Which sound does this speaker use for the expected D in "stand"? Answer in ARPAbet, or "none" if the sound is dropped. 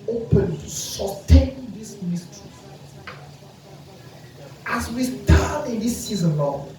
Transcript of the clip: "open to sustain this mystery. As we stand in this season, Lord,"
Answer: none